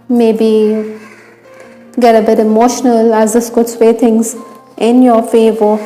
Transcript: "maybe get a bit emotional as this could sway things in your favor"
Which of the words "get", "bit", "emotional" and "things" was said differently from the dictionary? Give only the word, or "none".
things